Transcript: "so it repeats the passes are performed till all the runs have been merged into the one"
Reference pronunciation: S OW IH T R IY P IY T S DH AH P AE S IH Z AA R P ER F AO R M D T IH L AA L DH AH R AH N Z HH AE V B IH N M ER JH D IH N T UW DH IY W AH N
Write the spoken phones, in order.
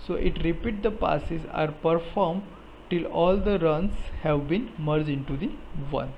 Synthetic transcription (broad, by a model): S OW IH T R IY P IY T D AH P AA S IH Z AA R P ER F AO R M D T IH L AA L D AH R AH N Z HH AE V B IH N M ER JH IH N T UW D IY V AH N